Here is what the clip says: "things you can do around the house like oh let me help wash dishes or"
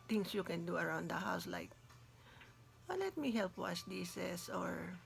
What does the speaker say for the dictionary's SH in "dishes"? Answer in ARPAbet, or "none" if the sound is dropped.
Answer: S